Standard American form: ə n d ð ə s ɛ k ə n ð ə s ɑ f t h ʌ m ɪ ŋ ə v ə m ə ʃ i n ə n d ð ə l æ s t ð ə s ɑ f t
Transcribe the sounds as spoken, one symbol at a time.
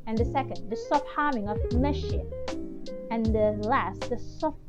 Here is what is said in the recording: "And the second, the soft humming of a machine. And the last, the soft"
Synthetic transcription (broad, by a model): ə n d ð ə s ɛ k ə n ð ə s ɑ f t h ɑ m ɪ ŋ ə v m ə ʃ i ə n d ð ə l æ s t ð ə s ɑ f